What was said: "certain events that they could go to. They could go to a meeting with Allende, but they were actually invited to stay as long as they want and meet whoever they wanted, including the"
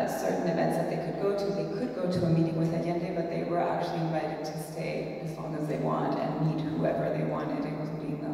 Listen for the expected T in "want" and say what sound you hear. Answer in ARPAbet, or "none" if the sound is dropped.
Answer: T